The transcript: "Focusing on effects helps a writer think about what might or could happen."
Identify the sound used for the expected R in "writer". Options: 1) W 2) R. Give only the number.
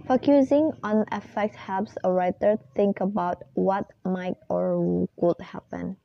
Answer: 2